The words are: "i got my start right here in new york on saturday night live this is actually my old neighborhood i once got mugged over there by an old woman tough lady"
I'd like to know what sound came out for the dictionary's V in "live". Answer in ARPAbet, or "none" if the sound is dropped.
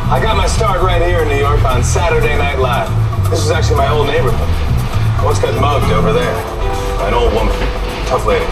F